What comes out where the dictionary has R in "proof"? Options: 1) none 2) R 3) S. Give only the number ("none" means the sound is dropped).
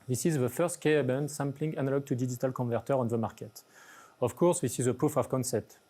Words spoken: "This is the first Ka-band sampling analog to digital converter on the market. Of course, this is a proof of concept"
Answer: 1